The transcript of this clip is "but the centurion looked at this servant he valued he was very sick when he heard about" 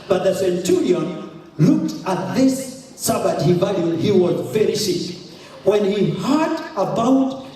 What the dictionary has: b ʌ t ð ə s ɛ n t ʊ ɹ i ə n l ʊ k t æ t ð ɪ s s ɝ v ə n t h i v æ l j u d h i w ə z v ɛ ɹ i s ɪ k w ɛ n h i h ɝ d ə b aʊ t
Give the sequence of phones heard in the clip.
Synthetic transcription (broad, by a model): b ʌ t ð ə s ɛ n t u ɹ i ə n l ʊ k t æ t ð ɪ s s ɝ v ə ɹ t h i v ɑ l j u h i w ə z v ɛ ɹ i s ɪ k w ɛ n h i h ɝ d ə b aʊ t